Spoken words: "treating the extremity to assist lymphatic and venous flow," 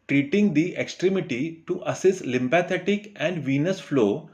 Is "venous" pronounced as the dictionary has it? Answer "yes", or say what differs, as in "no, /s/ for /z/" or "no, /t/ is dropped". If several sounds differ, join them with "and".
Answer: yes